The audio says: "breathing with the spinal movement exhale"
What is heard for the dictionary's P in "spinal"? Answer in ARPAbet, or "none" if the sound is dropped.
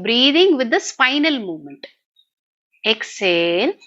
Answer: F